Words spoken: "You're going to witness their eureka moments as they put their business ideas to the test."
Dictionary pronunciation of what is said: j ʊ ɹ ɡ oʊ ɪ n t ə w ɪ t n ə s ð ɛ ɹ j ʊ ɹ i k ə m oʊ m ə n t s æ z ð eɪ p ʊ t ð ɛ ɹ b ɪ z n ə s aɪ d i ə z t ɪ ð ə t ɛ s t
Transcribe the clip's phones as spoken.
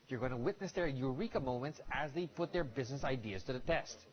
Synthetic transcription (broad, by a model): j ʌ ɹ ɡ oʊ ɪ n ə w ɪ t n ə s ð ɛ ɹ j ʊ ɹ i k ə m oʊ m ə n t s æ z ð eɪ p ʊ t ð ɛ ɹ b ɪ z n ə s aɪ d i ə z t ɪ ð ə t ɛ s t